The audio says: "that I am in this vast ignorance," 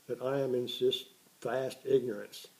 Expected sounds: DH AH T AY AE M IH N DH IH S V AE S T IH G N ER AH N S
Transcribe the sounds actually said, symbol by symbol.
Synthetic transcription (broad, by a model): DH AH T AY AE M IH N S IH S F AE S T IH G N ER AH N S